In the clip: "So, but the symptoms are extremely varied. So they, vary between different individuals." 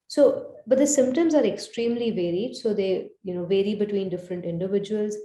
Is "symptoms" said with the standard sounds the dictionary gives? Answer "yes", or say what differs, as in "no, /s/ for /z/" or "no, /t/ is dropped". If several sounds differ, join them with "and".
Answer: yes